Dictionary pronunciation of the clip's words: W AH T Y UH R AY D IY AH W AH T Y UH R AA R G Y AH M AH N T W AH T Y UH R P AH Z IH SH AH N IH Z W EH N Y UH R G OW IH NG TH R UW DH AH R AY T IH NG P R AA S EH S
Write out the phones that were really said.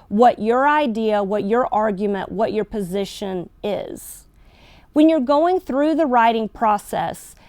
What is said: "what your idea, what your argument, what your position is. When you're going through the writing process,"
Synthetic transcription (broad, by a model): W AH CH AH R AY D IY AH W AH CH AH R AA R G Y AH M AH N T W AH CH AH R P AH Z IH SH AH N IH Z W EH N Y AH R G OW IH NG TH R UW DH AH R AY T IH NG P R AA S EH S